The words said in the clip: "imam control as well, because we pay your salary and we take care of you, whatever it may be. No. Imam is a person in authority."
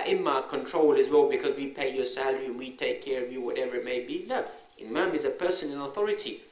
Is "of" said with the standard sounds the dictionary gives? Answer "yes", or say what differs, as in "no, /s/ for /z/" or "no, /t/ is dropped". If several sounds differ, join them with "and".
yes